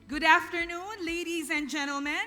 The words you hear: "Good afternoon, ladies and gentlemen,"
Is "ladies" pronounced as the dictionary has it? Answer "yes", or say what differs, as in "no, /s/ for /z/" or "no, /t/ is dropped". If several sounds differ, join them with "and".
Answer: yes